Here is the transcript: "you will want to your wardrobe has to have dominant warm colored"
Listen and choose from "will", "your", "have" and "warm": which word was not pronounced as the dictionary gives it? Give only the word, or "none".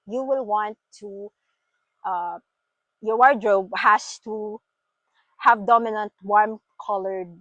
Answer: none